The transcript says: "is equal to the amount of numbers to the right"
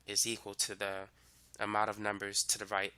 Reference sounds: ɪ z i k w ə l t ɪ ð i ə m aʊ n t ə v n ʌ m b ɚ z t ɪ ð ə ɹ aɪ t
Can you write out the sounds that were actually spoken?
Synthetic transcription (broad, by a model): ɪ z i k w ə l t ɪ ð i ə m aʊ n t ə v n ʌ m b ɚ z t ɪ ð ə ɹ aɪ t